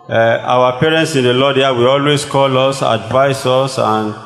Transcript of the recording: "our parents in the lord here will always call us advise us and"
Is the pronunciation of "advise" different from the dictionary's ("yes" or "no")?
yes